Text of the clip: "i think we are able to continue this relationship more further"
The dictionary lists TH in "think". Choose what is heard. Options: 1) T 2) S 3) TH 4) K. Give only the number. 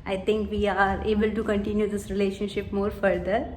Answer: 1